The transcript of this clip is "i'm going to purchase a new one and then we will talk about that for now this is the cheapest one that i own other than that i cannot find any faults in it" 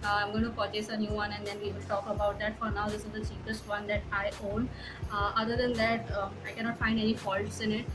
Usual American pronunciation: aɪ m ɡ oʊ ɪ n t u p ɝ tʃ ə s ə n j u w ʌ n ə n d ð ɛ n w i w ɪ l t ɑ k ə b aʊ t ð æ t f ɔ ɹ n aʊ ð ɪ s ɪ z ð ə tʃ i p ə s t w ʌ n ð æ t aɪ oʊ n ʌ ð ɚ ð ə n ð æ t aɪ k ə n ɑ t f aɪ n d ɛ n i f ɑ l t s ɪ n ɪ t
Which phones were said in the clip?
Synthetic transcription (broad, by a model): aɪ m ɡ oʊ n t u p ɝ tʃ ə s ə n j u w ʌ n ə n d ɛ n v i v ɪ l t ɑ k ə b aʊ t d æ t f ɔ ɹ n aʊ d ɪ s ɪ z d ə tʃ i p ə s t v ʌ n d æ t aɪ oʊ n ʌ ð ɚ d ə n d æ t aɪ k ə n ɑ t f aɪ n d ɛ n i f ɑ l t s ɪ n ɪ t